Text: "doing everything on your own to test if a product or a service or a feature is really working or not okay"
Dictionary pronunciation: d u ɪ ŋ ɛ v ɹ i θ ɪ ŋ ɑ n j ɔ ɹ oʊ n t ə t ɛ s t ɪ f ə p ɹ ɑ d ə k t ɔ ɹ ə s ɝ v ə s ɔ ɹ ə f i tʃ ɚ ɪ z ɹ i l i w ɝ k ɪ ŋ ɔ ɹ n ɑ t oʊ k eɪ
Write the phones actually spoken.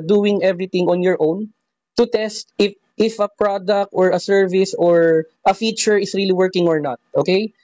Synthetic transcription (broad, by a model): d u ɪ ŋ ɛ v ɹ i t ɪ ŋ ɑ n j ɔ ɹ oʊ n t ə t ɛ s t ɪ f ə p ɹ ɑ d ə k t ɔ ɹ ə s ɝ v ə s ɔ ɹ ə f i tʃ ɚ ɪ s ɹ i l i w ɝ k ɪ ŋ ɔ ɹ n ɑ t oʊ k eɪ